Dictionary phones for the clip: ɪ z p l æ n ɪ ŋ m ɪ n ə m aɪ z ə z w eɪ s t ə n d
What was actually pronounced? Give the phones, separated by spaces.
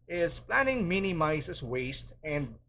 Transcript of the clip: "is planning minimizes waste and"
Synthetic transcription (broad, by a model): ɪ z p l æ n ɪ ŋ m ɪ n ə m aɪ s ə s w eɪ s t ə n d